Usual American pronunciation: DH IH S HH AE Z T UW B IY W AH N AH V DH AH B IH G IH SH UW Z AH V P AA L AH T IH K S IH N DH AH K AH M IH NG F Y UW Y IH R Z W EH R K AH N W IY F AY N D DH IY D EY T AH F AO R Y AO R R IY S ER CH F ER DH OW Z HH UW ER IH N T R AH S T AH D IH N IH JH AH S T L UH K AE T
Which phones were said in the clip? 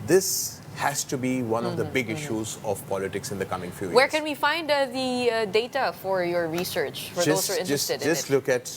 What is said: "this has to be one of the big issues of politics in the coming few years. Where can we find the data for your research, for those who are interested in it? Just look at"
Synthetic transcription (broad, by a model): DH IH S HH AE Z T UW B IY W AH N AH V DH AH B IH G IH SH UW Z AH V P AA L AH T IH K S IH N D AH K AH M IH NG F Y UW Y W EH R K AH N W IY F AY N D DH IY D EY T AH F AO R Y AO R R IY S ER CH F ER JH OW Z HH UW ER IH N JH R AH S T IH IH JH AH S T L UH K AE T